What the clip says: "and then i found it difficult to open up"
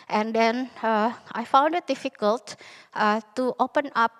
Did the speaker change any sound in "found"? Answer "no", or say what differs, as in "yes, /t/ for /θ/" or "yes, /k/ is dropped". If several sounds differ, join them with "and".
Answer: no